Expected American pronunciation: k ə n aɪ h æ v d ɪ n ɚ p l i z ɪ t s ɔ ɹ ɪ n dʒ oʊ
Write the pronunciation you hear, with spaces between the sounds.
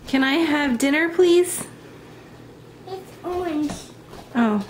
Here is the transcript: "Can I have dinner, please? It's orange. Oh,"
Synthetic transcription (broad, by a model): k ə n aɪ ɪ v d ɪ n ɚ p l i z ɪ t s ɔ ɪ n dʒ oʊ